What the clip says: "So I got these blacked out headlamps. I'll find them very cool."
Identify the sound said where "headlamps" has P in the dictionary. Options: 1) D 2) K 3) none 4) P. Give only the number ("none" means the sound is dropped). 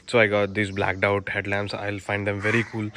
3